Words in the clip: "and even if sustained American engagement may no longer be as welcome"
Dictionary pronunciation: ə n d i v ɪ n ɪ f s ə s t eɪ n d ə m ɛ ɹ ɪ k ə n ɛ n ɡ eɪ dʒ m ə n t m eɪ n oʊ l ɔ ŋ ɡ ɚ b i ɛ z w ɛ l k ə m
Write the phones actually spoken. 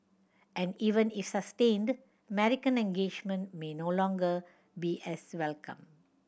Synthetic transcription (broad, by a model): ə n d i v ɪ n ɪ f s ə s t eɪ n d ə m ɛ ɹ ɪ k ə n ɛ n ɡ eɪ dʒ m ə n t m eɪ n oʊ l ɔ ŋ ɡ ɚ b i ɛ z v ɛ l k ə m